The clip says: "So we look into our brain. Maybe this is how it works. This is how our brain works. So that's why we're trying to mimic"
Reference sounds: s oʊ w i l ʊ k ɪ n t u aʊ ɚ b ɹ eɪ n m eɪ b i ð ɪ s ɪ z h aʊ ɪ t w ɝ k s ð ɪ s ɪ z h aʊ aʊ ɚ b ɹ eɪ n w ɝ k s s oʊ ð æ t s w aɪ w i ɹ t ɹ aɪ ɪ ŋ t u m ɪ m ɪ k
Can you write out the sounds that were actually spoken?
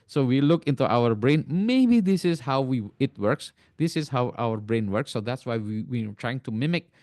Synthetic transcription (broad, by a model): s oʊ w i l ʊ k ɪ n t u aʊ ɚ b ɹ eɪ n m eɪ b i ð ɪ s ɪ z h aʊ ɪ t w ɝ k s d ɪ s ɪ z h aʊ aʊ ɚ b ɹ eɪ n w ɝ k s s oʊ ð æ t s w aɪ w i w t ɹ aɪ ɪ ŋ t u m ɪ m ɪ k